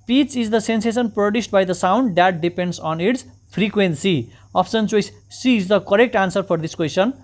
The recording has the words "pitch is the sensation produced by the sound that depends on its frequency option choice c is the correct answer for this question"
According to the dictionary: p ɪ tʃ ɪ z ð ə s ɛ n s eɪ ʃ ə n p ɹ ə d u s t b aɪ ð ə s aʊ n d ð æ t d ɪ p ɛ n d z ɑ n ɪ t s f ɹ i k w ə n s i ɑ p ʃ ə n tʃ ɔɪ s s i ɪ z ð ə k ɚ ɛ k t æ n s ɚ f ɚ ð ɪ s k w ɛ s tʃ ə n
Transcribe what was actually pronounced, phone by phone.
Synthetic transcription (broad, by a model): p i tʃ ɪ z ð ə s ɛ n s eɪ s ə n p ɹ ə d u s t b aɪ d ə s aʊ n d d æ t d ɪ p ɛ n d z ɑ n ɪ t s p ɹ i k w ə n s i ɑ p s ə n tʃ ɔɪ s s i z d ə k ɚ ɛ k t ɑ n s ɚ p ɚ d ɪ s k w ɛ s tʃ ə n